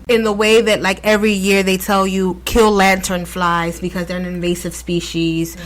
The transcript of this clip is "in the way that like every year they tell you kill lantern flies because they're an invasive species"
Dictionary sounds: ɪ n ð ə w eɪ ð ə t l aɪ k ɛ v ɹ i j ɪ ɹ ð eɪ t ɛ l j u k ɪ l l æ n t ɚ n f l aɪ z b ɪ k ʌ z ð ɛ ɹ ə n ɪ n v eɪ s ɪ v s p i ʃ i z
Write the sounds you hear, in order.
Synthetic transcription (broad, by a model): ɪ n ð ə w eɪ ð ə t l aɪ k ɛ v ɹ i j ɪ ɹ ð eɪ t ɛ l j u k ɪ l l æ n t ɚ n f l aɪ z b ɪ k ʌ z ð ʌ ɹ ə n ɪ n v eɪ s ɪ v s p i ʃ i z